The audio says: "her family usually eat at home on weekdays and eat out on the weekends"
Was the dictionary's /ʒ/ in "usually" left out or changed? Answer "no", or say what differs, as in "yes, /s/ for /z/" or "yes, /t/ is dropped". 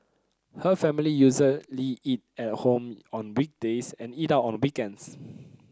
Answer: yes, /z/ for /ʒ/